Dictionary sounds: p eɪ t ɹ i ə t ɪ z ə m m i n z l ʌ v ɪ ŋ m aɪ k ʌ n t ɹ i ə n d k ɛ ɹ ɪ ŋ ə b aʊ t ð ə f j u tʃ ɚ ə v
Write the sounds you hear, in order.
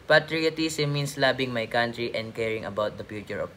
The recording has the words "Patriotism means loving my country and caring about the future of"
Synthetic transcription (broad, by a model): p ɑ t ɹ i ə t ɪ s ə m m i n s l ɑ b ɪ ŋ m aɪ k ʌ n t ɹ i ə n d k ɛ ɹ ɪ ŋ ə b aʊ t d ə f j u tʃ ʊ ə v